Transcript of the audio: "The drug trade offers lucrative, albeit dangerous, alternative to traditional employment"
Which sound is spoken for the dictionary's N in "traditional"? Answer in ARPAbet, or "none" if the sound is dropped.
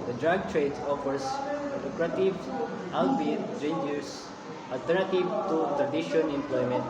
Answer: none